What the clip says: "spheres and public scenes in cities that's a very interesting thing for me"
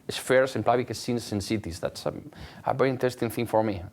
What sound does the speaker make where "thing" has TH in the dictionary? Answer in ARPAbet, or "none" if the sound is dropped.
TH